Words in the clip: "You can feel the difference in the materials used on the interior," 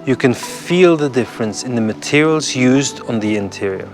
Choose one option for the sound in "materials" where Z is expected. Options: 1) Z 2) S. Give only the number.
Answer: 1